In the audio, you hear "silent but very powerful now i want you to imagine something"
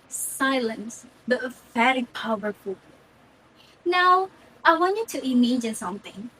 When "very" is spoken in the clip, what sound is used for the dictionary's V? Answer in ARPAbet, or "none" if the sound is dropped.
F